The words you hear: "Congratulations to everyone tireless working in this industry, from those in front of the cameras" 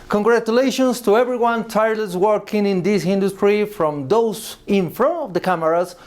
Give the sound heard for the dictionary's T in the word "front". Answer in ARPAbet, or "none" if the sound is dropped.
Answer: none